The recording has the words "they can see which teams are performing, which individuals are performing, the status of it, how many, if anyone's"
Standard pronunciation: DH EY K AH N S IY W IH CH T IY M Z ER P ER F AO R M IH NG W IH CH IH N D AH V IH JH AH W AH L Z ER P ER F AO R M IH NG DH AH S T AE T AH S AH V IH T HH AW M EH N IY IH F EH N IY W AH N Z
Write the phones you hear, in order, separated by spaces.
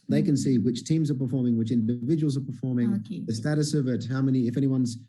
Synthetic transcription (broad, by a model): DH EY K AH N S IY W IH CH T IY M Z ER P ER F AO R M IH NG W IH CH IH N D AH V IH JH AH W L Z ER P ER F AO R M IH NG DH AH S T AE T AH S AH V IH T HH AW M EH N IY IH F EH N IY W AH N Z